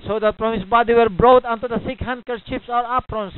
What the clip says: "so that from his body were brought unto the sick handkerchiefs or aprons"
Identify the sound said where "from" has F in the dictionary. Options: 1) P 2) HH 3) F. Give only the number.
1